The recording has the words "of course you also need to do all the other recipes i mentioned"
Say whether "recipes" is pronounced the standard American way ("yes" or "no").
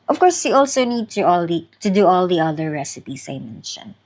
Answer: no